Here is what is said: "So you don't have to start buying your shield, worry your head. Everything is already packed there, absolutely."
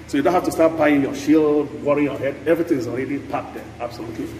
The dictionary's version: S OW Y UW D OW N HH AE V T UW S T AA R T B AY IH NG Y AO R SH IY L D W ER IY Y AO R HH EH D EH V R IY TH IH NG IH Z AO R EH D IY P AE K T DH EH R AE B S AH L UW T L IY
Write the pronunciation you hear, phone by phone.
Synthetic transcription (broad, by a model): S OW Y UW D OW N HH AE F T UW S T AA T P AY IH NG Y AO SH IY L D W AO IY Y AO HH EH D EH V R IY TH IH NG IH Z AO R EH D IY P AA T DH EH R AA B S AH L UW T L IY